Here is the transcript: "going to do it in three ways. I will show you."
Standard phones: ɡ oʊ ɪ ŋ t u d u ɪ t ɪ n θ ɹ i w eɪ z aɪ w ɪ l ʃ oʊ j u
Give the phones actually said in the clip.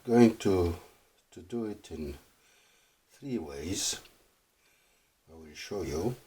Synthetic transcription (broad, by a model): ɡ oʊ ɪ ŋ t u d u ɪ t ɪ n θ ɹ i w eɪ z aɪ w ɪ l ʃ oʊ j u